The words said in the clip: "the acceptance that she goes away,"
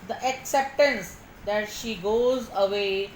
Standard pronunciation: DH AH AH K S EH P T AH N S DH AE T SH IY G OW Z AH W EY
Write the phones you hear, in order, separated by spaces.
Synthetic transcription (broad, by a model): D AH AH K S EH P T AH N S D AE T SH IY G OW Z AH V EY